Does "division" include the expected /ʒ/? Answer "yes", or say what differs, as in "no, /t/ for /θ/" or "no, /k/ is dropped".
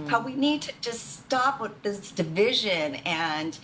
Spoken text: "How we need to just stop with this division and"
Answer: yes